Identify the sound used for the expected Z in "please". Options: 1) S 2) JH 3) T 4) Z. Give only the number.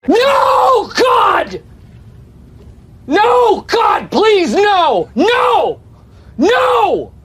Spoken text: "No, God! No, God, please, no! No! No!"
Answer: 4